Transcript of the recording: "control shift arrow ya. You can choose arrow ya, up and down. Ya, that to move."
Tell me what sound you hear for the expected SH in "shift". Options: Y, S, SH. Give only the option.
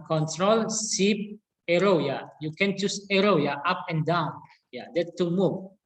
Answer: S